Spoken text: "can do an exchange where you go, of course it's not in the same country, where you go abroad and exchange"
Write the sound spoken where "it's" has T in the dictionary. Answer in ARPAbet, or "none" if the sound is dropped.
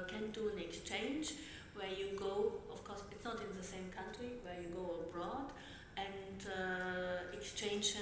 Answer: T